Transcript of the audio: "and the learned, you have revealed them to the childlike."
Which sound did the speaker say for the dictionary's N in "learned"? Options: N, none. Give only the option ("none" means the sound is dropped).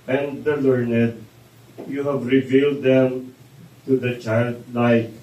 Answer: N